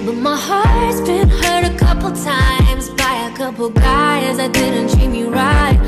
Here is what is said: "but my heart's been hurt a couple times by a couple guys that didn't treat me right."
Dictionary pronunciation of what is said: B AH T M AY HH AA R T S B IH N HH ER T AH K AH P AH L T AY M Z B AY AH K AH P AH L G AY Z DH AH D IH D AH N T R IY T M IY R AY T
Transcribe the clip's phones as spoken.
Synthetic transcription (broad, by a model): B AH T M AY HH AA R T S B IH N HH ER T AH K AH P L T AY M Z B AY AH K AH P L G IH Z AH IH D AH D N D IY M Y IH R AY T